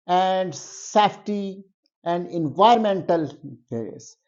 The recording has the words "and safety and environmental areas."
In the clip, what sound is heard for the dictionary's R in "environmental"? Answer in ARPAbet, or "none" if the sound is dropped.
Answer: none